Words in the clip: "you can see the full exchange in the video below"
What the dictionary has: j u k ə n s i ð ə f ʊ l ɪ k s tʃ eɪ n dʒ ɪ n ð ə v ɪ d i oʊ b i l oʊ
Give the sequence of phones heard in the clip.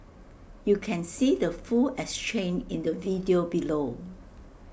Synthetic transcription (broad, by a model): j u k ə n s i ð ə f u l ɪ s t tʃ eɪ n ɪ n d ə v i d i oʊ b i l oʊ